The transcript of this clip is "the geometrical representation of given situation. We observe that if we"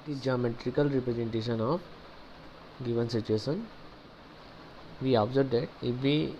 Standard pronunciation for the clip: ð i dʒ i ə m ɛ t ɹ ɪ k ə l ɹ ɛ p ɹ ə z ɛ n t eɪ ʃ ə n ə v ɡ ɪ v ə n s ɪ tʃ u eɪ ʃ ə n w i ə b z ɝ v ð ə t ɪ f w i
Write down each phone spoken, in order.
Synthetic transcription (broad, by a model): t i dʒ i ə m ɛ t ɹ ɪ k ə l ɹ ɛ p ɹ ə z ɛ n t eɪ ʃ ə n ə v ɡ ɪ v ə n s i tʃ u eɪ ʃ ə n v i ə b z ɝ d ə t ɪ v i